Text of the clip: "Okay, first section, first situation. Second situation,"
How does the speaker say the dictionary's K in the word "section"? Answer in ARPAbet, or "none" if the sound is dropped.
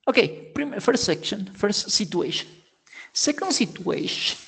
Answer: K